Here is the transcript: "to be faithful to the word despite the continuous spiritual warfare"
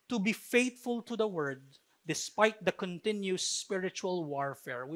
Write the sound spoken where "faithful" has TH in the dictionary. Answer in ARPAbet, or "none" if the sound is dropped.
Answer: T